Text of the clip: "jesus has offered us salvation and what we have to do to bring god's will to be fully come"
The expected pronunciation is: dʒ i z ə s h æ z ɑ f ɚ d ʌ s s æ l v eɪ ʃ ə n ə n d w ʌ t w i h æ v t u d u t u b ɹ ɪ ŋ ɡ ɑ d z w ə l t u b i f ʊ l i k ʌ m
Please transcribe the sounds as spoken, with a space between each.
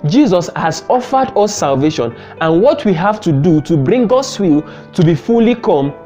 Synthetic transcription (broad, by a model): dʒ i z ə s h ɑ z ɑ f ɚ d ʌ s s æ l v eɪ ʃ ə n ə n w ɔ t w i h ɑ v t u d u t u b ɹ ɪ ŋ ɡ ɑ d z w ə l t u b i f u l i k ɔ m